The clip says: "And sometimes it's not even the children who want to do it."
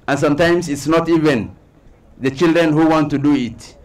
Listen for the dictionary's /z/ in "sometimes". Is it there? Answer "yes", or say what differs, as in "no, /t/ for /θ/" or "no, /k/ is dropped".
no, /s/ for /z/